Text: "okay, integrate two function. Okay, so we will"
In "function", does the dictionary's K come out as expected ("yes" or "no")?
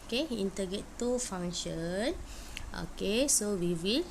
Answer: no